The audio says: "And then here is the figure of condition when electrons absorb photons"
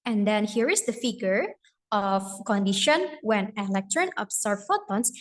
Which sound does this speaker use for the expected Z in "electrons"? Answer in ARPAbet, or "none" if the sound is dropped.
none